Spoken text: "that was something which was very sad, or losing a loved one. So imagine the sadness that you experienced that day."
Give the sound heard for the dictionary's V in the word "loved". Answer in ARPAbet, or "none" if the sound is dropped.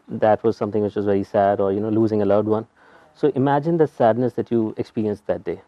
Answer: none